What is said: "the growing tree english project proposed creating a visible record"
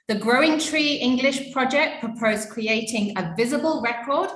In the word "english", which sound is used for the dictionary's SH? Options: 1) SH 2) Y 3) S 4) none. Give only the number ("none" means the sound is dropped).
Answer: 1